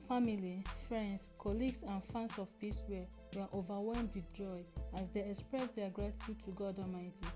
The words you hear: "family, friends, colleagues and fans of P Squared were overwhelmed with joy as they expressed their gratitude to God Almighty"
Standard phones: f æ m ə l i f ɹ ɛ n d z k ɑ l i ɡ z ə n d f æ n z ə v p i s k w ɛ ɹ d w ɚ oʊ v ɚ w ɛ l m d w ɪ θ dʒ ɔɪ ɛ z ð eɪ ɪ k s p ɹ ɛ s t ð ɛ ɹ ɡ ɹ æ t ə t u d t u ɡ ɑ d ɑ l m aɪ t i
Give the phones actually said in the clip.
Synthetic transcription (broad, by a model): f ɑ m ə l i f ɹ ɛ n d s k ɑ l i ɡ s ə n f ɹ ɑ n s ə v p i s w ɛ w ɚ oʊ v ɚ w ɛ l m d w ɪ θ dʒ ɔɪ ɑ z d eɪ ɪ k s p ɹ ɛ s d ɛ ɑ ɡ ɹ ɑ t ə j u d t u ɡ ɑ d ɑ m aɪ t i